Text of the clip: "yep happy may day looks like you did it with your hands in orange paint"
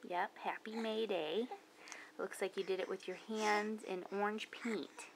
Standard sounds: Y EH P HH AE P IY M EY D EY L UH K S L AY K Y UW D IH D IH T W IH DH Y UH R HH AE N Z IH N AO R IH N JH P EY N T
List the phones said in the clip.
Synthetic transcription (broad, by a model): Y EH P HH AE P IY M EY D EY L UH K S L AY K Y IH D IH D IH T W IH DH Y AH R HH AE N Z IH N AO R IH N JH P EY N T